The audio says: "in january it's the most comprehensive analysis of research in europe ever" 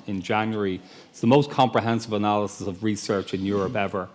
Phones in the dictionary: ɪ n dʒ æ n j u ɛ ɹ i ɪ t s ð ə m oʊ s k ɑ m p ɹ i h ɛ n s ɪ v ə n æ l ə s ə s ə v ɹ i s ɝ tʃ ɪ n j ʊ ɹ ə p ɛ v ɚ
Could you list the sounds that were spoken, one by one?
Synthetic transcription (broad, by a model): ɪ n dʒ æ n j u ɹ i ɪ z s ð ə m oʊ s k ɑ m p ɹ i h ɛ n s ɪ v ə n æ l ə s ə s ə v ɹ i s ɝ tʃ ɪ n j ʊ ɹ ə p ɛ v ɚ